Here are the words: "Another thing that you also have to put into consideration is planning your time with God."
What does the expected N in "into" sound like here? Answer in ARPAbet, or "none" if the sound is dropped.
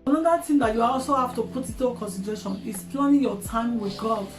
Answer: none